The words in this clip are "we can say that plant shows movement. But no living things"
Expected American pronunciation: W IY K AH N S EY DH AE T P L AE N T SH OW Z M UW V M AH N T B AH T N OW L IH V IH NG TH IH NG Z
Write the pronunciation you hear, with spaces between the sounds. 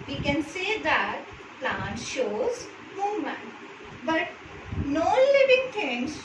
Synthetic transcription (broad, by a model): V IY K AH N S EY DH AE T P L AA N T SH OW Z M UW M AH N B AH T N OW L IH V IH NG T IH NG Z